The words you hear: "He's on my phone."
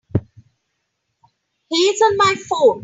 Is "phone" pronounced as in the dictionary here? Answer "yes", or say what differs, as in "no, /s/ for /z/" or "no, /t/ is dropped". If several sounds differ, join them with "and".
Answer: no, /n/ is dropped